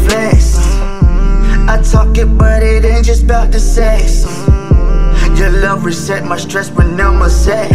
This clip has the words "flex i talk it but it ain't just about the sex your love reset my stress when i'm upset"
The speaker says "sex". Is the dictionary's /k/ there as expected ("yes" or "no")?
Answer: no